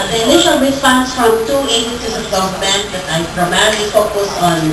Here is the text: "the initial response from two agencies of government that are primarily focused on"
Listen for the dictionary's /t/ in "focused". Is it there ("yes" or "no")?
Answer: no